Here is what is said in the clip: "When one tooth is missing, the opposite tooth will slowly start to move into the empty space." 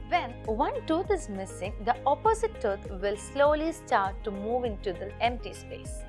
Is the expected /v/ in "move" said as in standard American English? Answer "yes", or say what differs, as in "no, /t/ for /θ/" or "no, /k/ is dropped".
yes